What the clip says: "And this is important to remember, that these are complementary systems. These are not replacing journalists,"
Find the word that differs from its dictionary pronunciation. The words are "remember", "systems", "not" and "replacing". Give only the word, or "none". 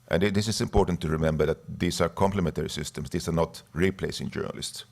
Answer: systems